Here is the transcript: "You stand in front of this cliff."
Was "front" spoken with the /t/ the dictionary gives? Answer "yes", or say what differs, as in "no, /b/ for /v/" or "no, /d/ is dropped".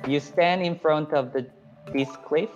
yes